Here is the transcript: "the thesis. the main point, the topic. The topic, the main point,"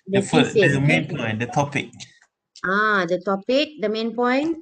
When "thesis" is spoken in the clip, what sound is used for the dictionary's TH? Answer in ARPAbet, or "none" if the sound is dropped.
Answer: F